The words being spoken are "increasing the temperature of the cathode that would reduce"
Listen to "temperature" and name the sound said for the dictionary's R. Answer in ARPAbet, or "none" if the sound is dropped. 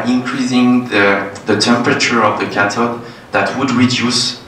R